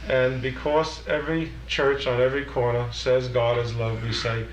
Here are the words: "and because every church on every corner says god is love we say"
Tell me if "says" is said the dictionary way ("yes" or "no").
yes